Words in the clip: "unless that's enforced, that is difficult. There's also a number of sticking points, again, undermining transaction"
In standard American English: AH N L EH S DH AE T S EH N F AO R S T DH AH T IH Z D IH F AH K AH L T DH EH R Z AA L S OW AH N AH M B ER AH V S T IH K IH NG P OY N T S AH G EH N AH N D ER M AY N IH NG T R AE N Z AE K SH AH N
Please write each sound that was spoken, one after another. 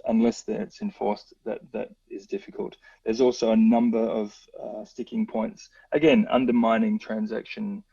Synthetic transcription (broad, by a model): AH N L EH S DH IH T S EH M F AO R S T DH AH T IH Z D IH F AH K AH L T DH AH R Z AA L S OW AH N AH M B ER AH V S T IH K IH NG P OY N T S AH G EH N AH N D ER M AY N IH NG T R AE N Z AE K SH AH N